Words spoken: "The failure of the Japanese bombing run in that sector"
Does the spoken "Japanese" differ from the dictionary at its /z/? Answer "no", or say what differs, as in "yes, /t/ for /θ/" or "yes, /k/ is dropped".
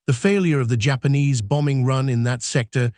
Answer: no